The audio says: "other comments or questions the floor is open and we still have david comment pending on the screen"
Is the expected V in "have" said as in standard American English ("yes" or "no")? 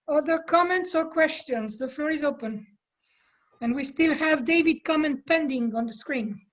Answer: yes